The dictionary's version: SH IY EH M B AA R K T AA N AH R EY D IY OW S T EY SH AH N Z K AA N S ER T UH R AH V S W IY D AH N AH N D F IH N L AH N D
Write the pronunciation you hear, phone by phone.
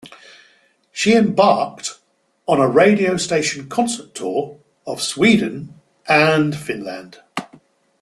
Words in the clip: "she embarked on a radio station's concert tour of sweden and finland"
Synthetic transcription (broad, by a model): SH IY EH M B AA K T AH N AH R EY D IY OW S T EY SH AH N K AA N S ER T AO R AH V S W IY D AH N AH N F IH N L AH N D